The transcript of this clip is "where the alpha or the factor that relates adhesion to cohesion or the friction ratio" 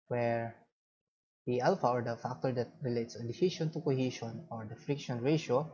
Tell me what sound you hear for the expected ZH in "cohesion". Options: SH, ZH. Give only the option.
SH